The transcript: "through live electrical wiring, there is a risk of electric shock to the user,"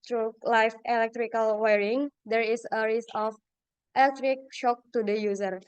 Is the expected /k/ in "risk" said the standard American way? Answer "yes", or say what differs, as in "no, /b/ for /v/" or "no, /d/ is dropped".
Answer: no, /k/ is dropped